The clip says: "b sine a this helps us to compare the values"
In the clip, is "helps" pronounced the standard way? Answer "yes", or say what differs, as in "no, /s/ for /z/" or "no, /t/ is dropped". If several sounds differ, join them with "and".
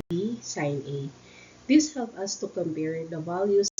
no, /s/ is dropped